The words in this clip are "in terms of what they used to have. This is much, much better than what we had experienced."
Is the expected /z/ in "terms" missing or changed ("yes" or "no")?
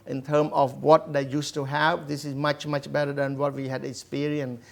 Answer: yes